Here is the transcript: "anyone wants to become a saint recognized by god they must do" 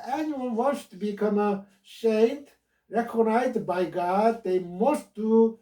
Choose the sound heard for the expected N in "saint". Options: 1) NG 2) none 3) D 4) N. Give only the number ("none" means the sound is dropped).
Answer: 2